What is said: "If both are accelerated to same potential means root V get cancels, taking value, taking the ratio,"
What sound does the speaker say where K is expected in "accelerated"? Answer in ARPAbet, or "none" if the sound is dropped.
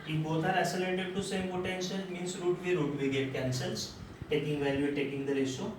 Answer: none